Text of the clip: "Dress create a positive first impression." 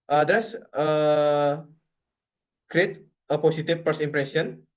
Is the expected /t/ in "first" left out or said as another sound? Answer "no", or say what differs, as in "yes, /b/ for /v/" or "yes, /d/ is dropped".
yes, /t/ is dropped